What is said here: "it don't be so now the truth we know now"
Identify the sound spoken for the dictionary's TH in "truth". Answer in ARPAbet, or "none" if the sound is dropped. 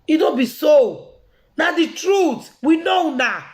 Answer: T